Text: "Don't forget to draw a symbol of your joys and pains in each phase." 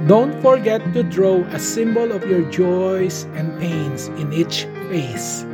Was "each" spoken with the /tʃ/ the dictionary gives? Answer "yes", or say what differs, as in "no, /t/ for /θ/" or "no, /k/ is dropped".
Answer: yes